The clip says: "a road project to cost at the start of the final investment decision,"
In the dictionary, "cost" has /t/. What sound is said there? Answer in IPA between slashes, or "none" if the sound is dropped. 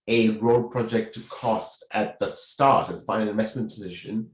/t/